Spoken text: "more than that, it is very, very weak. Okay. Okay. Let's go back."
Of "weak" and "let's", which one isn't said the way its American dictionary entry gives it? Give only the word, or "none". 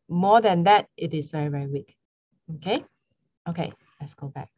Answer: none